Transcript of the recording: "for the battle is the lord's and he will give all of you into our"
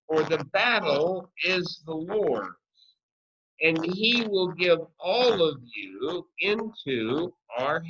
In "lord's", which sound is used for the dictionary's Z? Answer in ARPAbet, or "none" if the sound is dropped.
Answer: none